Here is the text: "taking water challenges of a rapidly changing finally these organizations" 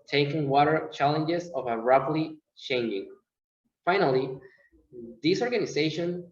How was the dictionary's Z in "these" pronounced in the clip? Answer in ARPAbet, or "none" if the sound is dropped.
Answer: S